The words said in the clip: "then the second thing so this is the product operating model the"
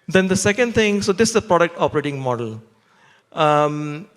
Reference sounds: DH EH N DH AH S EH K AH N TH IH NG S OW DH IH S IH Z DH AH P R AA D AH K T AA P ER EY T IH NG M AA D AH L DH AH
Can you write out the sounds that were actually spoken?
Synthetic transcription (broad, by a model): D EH N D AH S EH K AH N T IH NG S OW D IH S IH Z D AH P R AA D AH K T AA P ER EY T IH NG M AA D AH L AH